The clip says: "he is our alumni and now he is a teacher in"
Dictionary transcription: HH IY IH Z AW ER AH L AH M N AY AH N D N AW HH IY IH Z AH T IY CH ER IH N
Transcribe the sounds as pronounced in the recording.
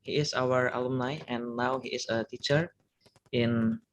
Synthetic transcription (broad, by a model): HH IY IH S AW ER AH L AH M N AY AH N N AW HH IY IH S AH T IY CH ER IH N